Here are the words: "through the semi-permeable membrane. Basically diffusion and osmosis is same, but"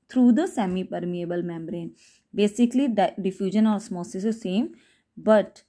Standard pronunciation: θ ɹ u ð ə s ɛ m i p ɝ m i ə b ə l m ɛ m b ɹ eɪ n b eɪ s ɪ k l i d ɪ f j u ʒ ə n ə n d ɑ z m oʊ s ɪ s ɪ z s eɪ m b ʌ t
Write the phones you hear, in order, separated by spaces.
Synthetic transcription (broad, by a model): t ɹ u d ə s ɛ m i p ɝ m i ə b ə l m ɛ m b ɹ eɪ n b eɪ s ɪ k l i d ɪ f j u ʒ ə n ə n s m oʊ s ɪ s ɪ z s eɪ m b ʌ t